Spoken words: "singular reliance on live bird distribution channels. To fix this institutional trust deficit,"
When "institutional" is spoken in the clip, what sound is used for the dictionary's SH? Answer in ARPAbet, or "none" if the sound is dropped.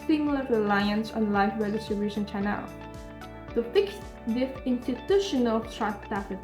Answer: SH